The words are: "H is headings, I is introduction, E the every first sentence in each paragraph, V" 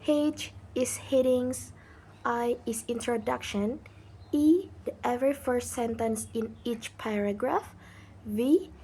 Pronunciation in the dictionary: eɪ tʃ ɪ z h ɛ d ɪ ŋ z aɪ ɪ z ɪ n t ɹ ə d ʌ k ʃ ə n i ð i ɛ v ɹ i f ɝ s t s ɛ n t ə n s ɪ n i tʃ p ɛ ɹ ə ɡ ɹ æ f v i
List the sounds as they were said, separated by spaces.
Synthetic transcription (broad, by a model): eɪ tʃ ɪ s h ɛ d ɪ ŋ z aɪ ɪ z ɪ n t ɹ ə d ʌ k ʃ ə n i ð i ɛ v ɹ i f ɝ s t s ɛ n t ə n s ɪ n i tʃ p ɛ ɹ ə ɡ ɹ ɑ f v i